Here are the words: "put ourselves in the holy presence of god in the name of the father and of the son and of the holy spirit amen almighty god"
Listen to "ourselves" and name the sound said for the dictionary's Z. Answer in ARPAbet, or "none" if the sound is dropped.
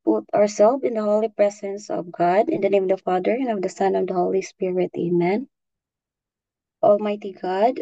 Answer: none